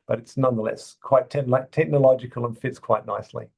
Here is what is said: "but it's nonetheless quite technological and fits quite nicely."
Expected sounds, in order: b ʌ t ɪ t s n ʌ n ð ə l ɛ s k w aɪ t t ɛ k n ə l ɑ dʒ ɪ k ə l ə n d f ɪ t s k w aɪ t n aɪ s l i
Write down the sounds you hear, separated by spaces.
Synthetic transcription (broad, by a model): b ʌ t ɪ t s n ʌ n ð ə l ɛ s k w aɪ t t ɛ k n ə l ɑ dʒ ɪ k ə l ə n f ɪ t s k w aɪ t n aɪ s l i